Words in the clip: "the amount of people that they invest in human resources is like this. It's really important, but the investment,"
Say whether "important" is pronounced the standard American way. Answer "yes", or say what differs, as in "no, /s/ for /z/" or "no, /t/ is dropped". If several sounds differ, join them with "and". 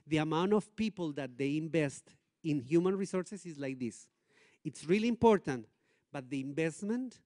yes